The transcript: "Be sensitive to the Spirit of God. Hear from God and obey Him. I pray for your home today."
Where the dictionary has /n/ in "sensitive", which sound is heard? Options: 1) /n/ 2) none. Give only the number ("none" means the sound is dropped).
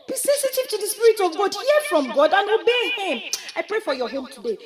2